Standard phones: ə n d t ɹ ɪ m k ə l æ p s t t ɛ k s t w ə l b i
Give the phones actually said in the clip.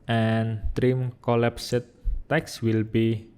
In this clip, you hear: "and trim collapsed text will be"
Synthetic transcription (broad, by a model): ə n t ɹ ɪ m k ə l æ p s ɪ t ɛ k s w ə l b i